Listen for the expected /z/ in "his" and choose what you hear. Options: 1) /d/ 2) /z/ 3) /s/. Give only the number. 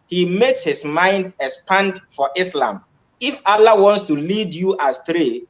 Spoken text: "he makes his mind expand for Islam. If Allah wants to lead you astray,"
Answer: 3